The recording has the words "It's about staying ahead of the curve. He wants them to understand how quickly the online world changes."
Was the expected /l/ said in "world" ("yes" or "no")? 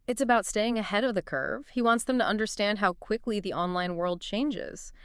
yes